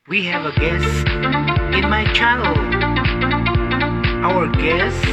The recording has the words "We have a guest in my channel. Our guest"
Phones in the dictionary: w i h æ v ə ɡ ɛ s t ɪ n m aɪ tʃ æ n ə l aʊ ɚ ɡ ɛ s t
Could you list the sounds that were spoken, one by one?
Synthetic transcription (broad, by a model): w i h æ v ə ɡ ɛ s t ɪ n m aɪ tʃ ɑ ə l aʊ ɚ ɡ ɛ s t